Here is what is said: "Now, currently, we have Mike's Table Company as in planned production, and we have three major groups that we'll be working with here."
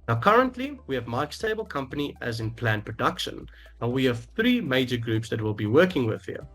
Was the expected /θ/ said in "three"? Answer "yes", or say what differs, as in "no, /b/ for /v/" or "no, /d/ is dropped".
yes